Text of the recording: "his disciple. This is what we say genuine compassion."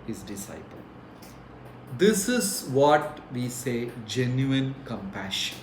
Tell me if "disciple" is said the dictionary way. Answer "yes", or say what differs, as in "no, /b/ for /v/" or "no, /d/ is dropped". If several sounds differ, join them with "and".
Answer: yes